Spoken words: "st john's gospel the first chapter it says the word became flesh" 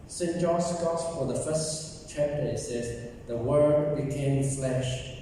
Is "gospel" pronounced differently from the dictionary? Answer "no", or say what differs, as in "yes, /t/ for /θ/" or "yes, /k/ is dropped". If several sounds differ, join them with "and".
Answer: yes, /f/ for /p/